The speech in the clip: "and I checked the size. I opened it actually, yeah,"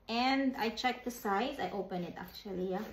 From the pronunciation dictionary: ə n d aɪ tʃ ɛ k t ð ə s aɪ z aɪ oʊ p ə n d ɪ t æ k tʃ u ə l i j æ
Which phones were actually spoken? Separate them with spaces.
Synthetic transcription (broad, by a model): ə n d aɪ tʃ ɛ k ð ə s aɪ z aɪ oʊ p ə n ɪ t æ k tʃ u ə l i j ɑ